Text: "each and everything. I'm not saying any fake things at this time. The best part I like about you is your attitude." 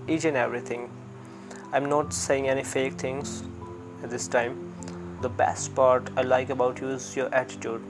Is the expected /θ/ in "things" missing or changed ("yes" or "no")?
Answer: yes